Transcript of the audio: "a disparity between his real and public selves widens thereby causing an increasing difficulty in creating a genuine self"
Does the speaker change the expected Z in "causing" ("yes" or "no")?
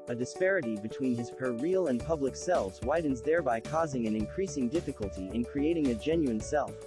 no